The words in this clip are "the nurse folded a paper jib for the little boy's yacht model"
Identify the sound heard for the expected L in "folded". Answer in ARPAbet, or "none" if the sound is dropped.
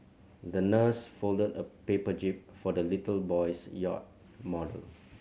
L